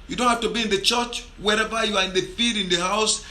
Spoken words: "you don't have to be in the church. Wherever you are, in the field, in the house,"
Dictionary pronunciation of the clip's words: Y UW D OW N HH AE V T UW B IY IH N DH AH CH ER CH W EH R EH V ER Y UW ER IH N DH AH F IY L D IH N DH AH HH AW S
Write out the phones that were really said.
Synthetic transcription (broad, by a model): Y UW D OW N HH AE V T UW B IY IH N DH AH CH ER CH W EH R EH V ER Y UW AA IH N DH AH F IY D IH N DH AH HH AW S